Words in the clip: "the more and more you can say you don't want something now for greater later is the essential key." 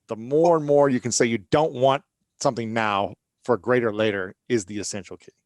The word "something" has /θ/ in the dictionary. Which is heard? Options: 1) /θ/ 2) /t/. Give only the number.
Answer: 1